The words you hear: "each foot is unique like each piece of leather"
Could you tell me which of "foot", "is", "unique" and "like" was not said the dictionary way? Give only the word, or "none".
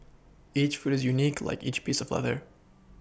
none